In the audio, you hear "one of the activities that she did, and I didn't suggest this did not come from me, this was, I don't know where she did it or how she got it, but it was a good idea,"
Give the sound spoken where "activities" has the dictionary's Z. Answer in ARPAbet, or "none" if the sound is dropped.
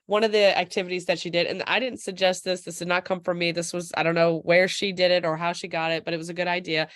Z